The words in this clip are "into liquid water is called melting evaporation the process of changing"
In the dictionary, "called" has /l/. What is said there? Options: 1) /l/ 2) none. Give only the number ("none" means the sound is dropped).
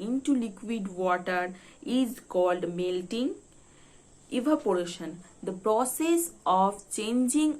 1